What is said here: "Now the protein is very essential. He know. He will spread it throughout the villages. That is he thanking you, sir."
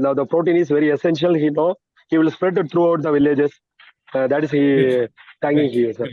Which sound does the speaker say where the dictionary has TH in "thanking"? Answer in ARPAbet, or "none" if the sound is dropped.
T